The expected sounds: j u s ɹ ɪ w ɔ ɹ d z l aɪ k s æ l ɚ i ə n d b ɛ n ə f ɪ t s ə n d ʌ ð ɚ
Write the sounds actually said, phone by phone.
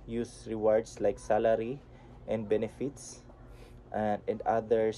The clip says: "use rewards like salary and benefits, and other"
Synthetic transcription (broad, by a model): j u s ɹ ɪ w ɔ ɹ d s l aɪ k s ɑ l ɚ i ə n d b ɛ n ə f ɪ t s ə n d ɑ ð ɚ